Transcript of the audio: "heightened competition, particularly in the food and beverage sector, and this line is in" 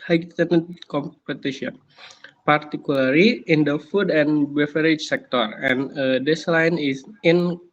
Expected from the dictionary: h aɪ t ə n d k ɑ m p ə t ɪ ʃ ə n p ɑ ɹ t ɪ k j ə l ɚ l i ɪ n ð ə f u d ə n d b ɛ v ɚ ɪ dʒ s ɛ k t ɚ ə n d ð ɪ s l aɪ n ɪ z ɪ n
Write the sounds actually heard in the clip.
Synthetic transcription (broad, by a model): h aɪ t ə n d k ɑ m p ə t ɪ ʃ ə n p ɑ ɹ t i k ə l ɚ l i ɪ n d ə f u d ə n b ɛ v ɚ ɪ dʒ s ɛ k t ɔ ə n d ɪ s l aɪ n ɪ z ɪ n